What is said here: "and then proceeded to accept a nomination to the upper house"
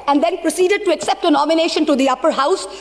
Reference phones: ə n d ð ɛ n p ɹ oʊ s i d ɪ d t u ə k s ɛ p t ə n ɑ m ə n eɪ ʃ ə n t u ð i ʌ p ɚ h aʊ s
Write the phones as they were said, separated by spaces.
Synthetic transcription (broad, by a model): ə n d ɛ n p ɹ oʊ s i d ɪ d t u ə k s ɛ p t ə n ɑ m ə n eɪ ʃ ə n t u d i ʌ p ɚ h aʊ s